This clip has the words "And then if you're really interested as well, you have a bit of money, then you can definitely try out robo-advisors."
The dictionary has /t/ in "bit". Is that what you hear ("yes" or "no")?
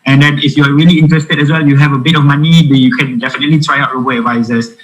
yes